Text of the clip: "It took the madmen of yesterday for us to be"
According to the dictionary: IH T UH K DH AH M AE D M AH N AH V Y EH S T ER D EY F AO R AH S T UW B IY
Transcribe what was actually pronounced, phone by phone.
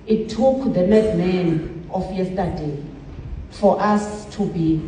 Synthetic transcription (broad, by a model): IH T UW K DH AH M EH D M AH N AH F Y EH S T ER D EY F AO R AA S T UW B IY